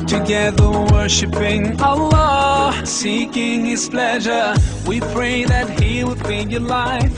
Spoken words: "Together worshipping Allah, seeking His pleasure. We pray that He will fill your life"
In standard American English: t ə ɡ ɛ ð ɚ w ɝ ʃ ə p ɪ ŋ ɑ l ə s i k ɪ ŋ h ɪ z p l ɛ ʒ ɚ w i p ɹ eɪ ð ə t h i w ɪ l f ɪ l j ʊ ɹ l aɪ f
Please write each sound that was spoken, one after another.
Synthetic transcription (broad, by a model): t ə ɡ ɛ ð ɚ w ɝ ʃ ə p ɪ ŋ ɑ l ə s i k ɪ ŋ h ɪ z p l ɛ ʒ ɚ w i p ɹ eɪ ð ə t h i w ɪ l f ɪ n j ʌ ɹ l aɪ f